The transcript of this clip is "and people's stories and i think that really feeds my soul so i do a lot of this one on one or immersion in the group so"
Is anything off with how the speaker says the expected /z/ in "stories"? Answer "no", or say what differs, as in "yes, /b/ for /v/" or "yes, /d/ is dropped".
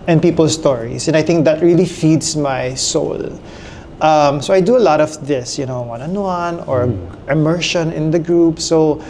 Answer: yes, /s/ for /z/